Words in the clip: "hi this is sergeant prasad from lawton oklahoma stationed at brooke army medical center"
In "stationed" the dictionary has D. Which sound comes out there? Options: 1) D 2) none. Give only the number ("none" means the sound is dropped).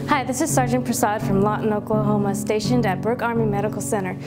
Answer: 1